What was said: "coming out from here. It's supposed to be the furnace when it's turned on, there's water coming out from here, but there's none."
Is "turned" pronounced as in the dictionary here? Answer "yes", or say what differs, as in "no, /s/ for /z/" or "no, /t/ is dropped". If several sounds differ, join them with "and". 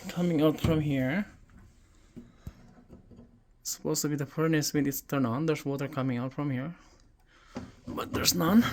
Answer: no, /d/ is dropped